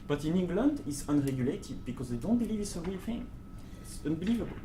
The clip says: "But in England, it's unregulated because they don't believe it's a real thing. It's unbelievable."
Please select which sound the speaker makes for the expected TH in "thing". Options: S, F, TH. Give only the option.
F